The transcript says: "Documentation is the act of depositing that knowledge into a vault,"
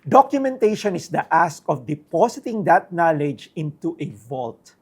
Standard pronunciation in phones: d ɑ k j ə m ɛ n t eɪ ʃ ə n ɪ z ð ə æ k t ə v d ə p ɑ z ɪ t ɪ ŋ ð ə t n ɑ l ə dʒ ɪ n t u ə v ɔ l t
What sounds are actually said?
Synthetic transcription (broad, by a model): d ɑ k j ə m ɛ n t eɪ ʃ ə n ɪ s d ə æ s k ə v d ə p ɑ s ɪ t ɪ ŋ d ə t n ɑ l ə dʒ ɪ n t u ə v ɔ l t